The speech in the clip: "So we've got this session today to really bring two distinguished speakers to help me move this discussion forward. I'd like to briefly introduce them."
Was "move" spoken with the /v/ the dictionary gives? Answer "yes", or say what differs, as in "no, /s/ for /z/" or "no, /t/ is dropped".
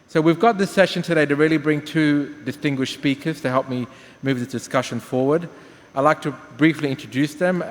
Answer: yes